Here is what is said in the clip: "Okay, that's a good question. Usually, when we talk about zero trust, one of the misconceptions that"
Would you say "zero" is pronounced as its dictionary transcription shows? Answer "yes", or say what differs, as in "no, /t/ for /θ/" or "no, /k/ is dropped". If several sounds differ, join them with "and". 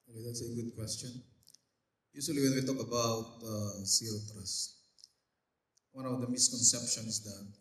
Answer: no, /s/ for /z/ and /ɹ/ is dropped